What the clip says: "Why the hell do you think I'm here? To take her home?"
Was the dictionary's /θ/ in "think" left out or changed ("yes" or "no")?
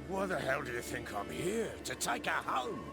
no